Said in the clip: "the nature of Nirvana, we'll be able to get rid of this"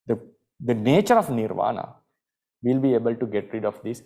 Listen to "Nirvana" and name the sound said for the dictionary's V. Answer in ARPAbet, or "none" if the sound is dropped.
V